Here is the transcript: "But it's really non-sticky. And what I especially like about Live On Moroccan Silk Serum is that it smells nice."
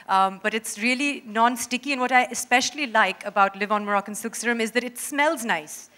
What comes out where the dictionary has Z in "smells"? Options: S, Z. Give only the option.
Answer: Z